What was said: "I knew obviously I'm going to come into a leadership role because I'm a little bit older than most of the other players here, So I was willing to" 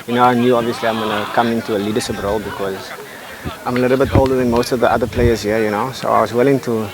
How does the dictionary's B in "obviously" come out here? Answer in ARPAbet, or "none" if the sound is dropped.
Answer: B